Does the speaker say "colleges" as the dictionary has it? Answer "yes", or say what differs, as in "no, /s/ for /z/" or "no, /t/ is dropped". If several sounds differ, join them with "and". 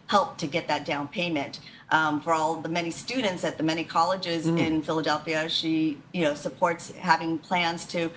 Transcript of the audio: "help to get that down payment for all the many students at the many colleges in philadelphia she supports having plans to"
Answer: yes